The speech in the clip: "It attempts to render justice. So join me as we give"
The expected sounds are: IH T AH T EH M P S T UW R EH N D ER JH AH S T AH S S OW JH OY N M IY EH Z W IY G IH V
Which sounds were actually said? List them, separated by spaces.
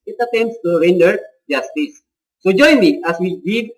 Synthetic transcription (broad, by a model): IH T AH T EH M S T UW R EH N D ER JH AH S T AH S S OW JH OY N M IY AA S W IY G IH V